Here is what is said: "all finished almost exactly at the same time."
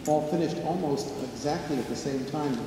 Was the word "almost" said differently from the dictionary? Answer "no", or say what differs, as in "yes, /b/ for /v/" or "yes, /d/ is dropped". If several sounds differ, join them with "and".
no